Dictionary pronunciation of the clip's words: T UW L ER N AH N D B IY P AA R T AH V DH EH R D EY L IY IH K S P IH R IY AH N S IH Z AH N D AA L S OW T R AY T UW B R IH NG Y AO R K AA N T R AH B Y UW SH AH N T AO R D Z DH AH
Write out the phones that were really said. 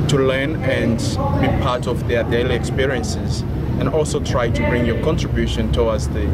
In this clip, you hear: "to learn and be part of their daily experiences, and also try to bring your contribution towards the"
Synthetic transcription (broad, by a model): T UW L ER N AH N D B IY P AA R T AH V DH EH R D EY L IY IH K S P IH R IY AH N S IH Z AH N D AA L S OW T R AY T UW B R IH NG Y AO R K AA N T R AH B Y UW SH AH N T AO W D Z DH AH